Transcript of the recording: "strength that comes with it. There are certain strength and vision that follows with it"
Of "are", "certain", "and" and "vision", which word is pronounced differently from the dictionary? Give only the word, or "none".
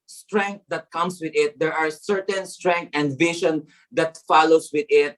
vision